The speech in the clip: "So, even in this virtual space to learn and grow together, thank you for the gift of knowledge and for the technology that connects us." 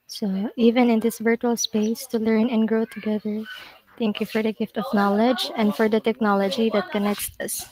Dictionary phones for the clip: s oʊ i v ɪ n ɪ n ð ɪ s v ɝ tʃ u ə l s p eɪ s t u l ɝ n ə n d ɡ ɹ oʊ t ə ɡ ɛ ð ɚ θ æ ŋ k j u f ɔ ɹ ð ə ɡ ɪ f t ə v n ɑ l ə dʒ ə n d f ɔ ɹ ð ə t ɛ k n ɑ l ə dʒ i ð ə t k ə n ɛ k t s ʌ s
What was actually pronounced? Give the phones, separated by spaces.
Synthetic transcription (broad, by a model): s oʊ i v ɪ n ɪ n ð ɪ s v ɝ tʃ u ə l s p eɪ s t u l ɝ n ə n ɡ ɹ oʊ t ə ɡ ɛ ð ɚ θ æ ŋ k j u f ɔ ɹ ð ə ɡ ɪ f t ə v n ɑ l ə dʒ ə n d f ɔ ɹ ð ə t ɛ k n ɑ l ə dʒ i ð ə t k ə n ɛ k t s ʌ s